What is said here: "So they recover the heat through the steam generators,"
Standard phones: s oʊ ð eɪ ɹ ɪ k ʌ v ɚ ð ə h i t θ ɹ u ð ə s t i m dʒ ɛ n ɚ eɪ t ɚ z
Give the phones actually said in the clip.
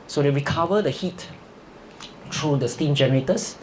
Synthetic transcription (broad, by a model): s oʊ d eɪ ɹ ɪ k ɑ v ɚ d ə h i t t ɹ u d ə s t i m dʒ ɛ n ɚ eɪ t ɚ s